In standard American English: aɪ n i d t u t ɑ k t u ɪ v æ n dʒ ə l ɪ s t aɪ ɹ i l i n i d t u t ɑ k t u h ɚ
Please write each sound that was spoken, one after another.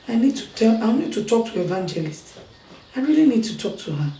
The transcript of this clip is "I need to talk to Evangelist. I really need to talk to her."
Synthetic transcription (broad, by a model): aɪ n i d t u t ɑ k t u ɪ v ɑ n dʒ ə l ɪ s t aɪ ɹ i l i n i d t u t ɑ k t u h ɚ